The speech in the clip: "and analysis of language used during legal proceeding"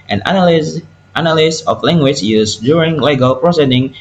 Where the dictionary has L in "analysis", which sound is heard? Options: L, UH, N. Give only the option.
N